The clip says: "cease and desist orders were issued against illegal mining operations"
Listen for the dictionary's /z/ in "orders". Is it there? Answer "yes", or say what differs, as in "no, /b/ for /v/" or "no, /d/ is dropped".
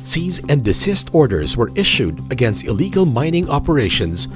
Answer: yes